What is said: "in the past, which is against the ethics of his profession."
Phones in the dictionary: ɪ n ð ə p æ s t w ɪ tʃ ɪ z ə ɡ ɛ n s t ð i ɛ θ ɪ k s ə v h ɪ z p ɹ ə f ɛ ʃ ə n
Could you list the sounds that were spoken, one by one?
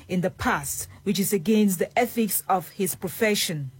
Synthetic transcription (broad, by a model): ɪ n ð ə p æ s t w ɪ tʃ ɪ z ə ɡ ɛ n s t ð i ɛ θ ɪ k s ə v h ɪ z p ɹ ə f ɛ ʃ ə n